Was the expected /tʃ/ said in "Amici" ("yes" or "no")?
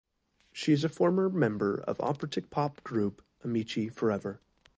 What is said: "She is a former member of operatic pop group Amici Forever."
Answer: yes